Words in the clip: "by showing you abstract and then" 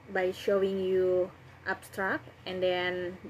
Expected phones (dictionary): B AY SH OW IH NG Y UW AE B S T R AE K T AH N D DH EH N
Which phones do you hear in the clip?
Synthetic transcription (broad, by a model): B AY SH OW IH NG Y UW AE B S T R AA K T AH N D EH N